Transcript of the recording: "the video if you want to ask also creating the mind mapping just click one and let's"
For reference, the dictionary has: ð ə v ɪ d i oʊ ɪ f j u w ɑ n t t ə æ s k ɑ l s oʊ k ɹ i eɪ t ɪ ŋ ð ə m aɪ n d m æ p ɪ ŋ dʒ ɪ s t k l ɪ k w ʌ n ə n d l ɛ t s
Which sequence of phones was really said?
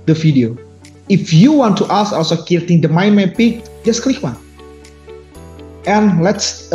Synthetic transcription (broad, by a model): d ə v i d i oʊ ɪ f j u w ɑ n t t ə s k ɑ l s oʊ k i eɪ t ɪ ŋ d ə m aɪ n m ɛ p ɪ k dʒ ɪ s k l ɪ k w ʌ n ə n l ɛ t s